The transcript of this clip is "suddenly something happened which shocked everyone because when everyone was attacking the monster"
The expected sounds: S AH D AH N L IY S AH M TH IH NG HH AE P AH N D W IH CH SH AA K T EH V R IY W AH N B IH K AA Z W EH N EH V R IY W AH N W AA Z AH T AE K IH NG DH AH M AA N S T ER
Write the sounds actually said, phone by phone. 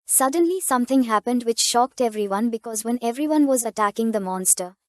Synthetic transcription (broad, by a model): S AH D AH N L IY S AH M T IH NG HH AE P AH N D W IH CH SH AA K T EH V R IY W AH N B IH K AA Z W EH N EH V R IY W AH N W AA Z AH T AE K IH NG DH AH M AA N S T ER